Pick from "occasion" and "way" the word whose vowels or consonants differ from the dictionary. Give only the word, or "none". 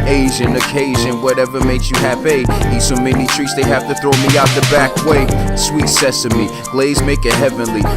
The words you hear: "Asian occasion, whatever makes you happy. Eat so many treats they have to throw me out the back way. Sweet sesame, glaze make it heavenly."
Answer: none